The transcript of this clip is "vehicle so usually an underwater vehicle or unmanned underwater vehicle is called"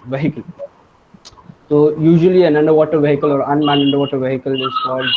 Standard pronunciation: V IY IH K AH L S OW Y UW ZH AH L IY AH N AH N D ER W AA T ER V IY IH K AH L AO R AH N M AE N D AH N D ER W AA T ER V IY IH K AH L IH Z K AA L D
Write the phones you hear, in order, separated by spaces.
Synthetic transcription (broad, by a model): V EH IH K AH L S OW Y UW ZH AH L IY AH N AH N D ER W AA T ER V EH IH K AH L AO R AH N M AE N AH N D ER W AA T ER V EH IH K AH L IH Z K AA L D